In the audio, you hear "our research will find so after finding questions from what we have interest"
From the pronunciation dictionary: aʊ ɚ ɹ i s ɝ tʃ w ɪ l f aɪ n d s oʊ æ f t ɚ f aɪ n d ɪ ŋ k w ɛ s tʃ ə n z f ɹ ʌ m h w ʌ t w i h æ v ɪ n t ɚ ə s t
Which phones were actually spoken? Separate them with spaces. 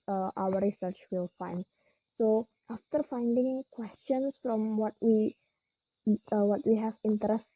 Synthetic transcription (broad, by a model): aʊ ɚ ɹ i s ɝ tʃ w ɪ l f aɪ n d s oʊ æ f t ɚ f aɪ n d ɪ ŋ k w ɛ s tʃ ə n s f ɹ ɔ m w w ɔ t w i h æ v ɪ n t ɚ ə s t